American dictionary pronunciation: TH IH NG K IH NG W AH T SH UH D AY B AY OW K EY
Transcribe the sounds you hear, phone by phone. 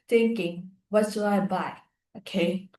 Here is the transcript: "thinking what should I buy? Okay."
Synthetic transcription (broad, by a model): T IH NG K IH NG W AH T S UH AY B AY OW K EY